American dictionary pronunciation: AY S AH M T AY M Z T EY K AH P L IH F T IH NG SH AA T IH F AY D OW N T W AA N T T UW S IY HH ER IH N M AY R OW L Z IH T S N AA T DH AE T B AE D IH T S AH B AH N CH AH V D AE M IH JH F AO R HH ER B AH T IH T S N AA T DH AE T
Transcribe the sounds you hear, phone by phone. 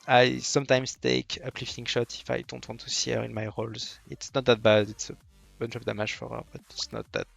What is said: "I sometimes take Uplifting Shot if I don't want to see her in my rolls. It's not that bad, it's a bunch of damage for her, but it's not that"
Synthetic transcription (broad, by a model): AY S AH M T AY M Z T EY K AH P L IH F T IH NG SH AA T IH F AY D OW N T W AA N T T UW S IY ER IH N M AY R OW L Z IH T S N AA T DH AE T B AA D IH T S AH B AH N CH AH P D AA M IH ZH F AO R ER B AH T IH T S N AA T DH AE T